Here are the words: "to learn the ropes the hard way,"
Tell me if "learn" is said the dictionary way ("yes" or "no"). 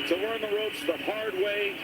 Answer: no